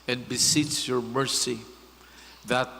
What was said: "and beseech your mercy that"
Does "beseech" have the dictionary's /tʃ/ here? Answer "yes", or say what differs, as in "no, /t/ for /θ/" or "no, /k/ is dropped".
no, /s/ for /tʃ/